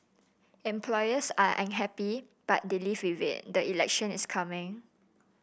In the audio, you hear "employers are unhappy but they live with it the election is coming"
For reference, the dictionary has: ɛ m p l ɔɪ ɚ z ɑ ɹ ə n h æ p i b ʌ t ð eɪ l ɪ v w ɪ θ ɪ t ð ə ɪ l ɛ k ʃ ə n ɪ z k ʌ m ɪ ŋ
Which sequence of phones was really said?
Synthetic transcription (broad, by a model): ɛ m p l ɔɪ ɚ s ɑ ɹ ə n h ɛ p i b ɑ t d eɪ l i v w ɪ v ɪ t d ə ɪ l ɛ k ʃ ə n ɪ s k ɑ m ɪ ŋ